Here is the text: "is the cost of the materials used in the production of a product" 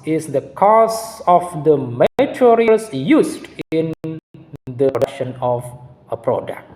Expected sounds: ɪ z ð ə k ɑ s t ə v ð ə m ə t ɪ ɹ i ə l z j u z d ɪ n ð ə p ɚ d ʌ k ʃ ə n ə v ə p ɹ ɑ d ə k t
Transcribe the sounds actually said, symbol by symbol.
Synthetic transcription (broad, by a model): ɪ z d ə k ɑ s ə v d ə m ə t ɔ ɹ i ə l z j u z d ɪ n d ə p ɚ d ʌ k ʃ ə n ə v ə p ɹ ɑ d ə k t